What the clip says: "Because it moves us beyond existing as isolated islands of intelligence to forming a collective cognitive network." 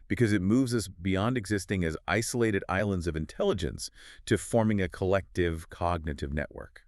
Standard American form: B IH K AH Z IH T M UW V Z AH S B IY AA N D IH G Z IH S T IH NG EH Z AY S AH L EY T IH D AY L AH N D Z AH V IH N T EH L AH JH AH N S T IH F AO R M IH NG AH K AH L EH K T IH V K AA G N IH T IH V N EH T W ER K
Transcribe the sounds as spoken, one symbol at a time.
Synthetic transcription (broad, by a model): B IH K AH Z IH T M UW V Z AH S B IY AA N D IH G Z IH S T IH NG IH Z AY S AH L EY T IH D AY L AH N D Z AH V IH N T EH L AH JH AH N S T IH F AO R M IH NG AH K AH L EH K T IH V K AA G N IH T IH V N EH T W ER K